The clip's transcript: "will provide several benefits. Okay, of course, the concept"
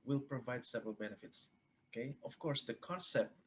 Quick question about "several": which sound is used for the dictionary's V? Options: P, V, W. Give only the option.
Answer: V